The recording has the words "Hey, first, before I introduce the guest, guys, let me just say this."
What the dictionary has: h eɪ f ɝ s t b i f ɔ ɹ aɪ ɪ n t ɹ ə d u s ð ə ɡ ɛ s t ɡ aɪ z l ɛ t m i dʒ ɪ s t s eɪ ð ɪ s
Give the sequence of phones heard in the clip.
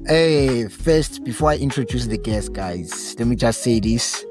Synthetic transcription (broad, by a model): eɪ f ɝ s t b i f ɔ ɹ aɪ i n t ɹ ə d u s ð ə ɡ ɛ s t ɡ aɪ z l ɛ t m i dʒ ɪ s t s eɪ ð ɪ s